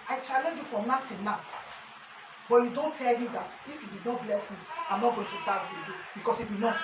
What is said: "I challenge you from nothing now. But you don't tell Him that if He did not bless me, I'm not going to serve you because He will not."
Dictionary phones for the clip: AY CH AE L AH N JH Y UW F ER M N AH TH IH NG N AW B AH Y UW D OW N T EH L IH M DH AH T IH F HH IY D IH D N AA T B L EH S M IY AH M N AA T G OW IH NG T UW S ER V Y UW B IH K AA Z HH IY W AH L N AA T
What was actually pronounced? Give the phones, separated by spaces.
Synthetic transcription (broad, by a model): AY CH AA L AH N JH Y UW F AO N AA T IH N N AW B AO Y UW D OW N T EH L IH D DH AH T IH F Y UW D IH D N AA T B L EH S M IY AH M N AA T G OW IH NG T UW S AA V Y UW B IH K AA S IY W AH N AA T